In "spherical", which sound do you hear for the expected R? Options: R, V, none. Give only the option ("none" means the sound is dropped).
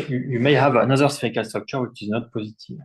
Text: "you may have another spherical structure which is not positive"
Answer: none